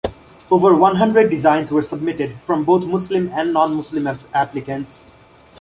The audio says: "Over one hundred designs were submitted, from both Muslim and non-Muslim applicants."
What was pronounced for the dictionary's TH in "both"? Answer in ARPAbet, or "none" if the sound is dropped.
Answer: T